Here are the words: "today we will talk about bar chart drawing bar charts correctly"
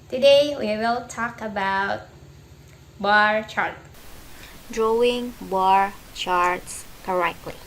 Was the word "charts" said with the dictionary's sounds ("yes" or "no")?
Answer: yes